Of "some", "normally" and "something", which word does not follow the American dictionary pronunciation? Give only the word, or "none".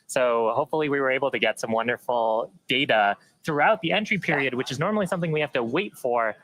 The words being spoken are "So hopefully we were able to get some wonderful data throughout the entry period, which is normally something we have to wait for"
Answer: none